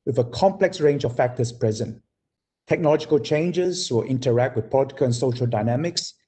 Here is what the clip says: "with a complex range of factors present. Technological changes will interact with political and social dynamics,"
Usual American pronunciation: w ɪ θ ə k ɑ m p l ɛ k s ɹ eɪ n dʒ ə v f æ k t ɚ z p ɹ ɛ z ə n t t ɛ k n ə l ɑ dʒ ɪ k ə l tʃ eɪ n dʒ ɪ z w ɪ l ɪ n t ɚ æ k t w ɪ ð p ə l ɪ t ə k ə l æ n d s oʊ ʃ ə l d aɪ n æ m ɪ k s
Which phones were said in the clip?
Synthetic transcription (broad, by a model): w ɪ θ ə k ɑ m p l ɛ k s ɹ eɪ n dʒ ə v f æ k t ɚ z p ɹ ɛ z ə n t t ɛ k n ə l ɑ dʒ ɪ k ə l tʃ eɪ n dʒ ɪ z w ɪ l ɪ n t ɚ æ k t w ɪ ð p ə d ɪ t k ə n s oʊ ʃ ə l d aɪ n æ m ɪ k s